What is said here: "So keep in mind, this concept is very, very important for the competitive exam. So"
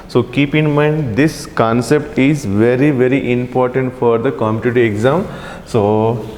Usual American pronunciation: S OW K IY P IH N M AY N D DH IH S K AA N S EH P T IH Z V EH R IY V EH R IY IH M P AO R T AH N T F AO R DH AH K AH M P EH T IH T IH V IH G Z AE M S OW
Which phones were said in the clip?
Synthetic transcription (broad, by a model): S OW K IY P IH N M AY N D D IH S K AA N S EH P T IH Z V EH R IY V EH R IY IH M P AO R T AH N T F AO R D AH K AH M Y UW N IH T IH IH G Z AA M S OW